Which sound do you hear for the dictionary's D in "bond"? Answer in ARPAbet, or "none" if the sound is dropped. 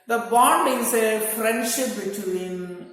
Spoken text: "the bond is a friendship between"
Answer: D